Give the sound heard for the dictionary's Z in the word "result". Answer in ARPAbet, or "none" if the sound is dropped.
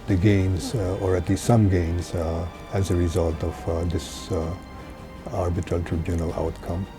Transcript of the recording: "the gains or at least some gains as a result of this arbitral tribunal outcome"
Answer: Z